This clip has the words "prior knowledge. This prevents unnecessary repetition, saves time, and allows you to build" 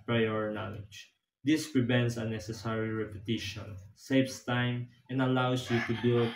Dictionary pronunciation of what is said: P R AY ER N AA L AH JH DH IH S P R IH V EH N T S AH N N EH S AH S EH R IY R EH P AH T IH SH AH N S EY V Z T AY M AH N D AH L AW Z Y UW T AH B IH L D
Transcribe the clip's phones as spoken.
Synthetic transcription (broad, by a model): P R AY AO N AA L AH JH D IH S P R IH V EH N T S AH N N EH S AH S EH R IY R EH P AH T IH SH AH N S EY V S T AY M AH N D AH L AW S Y UW T AH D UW